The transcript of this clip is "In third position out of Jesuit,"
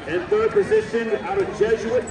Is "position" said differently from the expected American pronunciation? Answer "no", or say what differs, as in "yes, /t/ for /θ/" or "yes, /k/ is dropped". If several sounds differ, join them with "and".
no